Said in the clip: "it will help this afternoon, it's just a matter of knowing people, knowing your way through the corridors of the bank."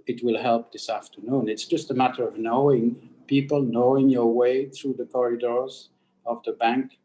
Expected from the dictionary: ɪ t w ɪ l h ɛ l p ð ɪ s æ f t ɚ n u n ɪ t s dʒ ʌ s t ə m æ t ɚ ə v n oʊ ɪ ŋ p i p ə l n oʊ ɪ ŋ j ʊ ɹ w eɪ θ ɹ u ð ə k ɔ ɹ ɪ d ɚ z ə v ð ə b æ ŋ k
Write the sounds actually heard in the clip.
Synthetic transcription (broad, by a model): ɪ t w ɪ l h ɛ l p ð ɪ s æ f t ɚ n u n ɪ t s dʒ ʌ s t ə m æ t ɚ ə v n oʊ ɪ ŋ p i p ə l n oʊ ɪ ŋ j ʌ ɹ w eɪ θ ɹ u ð ə k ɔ ɹ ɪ d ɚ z ə v ð ə b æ ŋ k